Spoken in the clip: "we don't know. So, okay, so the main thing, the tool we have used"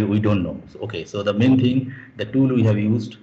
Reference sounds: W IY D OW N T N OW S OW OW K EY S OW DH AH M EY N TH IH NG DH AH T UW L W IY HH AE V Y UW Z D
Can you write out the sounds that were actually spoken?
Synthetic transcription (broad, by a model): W IY D OW N T N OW OW OW K EY S OW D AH M EY N T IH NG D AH T UW L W IY HH AE V Y UW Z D